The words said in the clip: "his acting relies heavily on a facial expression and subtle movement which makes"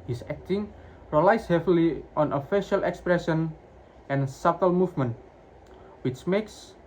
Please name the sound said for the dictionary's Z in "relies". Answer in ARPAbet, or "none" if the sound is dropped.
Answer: S